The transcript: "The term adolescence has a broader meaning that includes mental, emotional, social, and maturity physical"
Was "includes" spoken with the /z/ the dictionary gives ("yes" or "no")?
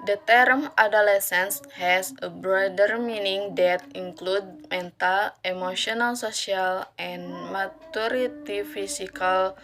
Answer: no